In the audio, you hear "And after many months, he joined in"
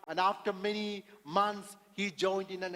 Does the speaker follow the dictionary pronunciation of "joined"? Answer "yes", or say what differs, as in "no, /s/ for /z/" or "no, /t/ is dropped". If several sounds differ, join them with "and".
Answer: yes